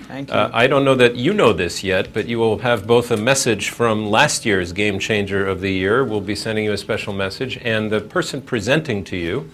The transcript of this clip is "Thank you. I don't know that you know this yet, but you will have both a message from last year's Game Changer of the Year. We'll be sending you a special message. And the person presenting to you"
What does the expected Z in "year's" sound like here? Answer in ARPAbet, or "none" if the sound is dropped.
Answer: Z